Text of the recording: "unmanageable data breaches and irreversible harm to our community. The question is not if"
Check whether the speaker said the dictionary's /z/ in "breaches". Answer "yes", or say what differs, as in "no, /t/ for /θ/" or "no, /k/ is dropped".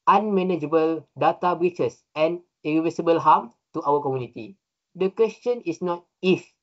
no, /s/ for /z/